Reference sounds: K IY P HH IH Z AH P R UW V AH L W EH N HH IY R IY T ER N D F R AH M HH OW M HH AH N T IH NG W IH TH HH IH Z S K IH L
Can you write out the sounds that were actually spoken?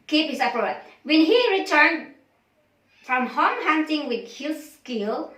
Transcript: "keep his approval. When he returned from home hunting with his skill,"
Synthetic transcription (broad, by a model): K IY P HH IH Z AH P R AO AH W EH N HH IY R IY T ER N D F R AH M HH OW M HH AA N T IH NG W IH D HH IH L S K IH L